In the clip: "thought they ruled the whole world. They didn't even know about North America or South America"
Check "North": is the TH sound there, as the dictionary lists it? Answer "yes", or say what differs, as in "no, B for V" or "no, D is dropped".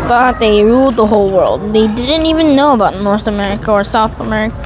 yes